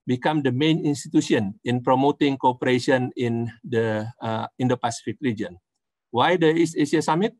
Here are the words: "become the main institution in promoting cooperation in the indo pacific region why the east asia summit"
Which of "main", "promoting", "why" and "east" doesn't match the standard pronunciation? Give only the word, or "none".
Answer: east